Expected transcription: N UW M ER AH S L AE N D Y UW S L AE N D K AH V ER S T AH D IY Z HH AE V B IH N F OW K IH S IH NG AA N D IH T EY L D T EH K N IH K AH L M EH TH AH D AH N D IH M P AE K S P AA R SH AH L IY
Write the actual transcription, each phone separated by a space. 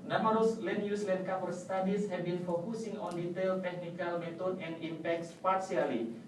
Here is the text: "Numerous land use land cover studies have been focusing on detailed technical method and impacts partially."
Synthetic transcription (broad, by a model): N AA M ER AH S L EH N Y UW S L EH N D K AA P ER S T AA D IY S HH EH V B IH N F OW K IH S IH NG AA N D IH T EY L T EH K N IH K AH L M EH T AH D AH N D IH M P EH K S P AA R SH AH L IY